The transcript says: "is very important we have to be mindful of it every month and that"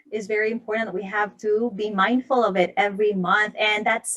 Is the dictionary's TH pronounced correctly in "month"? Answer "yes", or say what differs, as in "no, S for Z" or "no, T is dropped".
yes